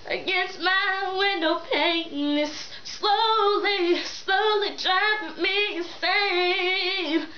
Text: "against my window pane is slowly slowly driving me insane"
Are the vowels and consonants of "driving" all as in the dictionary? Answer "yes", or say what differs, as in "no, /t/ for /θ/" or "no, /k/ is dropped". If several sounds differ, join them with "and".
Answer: no, /v/ is dropped